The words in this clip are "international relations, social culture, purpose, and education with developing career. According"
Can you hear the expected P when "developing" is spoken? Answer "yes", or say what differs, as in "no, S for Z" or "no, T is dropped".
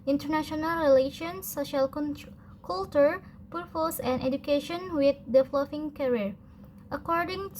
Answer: no, F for P